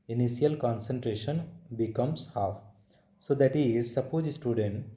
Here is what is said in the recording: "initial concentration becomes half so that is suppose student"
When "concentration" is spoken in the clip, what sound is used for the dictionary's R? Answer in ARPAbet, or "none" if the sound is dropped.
R